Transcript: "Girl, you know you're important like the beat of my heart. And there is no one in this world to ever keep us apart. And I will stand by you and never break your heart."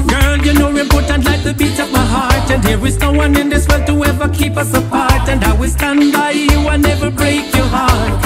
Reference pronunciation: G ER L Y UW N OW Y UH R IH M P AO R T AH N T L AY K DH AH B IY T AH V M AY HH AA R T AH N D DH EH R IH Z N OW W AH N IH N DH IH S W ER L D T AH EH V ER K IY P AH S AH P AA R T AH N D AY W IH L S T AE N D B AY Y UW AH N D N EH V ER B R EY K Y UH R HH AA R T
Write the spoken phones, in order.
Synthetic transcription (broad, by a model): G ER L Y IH N OW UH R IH M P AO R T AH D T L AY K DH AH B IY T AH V M AY HH AA R T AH N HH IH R IH Z N OW W AH N IH N DH IH S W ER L T AH EH V ER K IY P AH S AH F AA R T AH N D AY W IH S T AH N B AY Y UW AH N N EH V ER B R EY K Y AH R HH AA R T